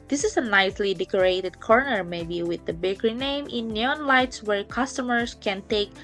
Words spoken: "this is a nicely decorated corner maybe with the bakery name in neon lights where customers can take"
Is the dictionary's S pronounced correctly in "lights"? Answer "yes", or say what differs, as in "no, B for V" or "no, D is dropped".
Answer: yes